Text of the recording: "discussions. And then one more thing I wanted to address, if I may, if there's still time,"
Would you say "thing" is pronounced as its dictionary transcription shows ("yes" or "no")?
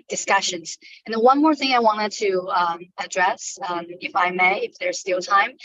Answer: yes